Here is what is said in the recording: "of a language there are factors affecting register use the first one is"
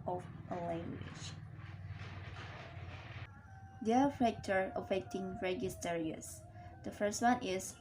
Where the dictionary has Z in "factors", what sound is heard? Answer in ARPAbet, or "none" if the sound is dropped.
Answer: none